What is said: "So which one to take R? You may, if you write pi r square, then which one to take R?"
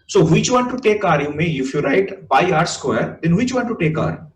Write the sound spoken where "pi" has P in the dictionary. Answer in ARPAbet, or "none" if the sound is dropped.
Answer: B